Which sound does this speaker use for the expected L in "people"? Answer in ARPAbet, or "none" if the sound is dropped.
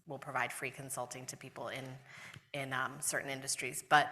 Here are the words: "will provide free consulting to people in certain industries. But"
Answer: N